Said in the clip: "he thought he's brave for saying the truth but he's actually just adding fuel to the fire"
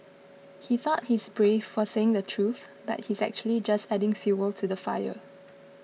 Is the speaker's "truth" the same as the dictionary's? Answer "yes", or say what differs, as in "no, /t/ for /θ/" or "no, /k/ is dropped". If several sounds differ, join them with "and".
yes